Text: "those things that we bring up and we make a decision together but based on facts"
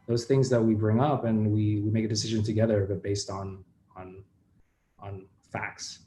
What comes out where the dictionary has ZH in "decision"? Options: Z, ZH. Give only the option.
ZH